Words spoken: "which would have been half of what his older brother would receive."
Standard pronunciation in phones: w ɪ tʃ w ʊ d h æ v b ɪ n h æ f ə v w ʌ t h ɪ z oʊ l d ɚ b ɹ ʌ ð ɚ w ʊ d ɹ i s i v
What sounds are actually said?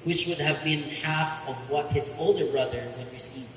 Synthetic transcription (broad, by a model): w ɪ tʃ w ʊ d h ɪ v b ɪ n h æ f ə v w ʌ t h ɪ z oʊ l d ɚ b ɹ ʌ ð ɚ w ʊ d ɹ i s i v